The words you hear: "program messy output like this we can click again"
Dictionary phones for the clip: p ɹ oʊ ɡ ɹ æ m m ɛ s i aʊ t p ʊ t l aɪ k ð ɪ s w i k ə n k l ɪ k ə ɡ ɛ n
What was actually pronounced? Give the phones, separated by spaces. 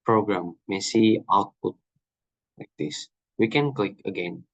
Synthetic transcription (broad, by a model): p ɹ oʊ ɡ ɹ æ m m ɛ s i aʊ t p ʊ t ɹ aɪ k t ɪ s w i k ə n k l ɪ k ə ɡ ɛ n